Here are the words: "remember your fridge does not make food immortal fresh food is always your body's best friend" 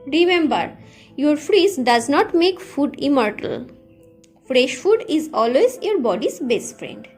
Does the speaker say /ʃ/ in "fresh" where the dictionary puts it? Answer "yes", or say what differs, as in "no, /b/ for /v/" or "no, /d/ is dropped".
yes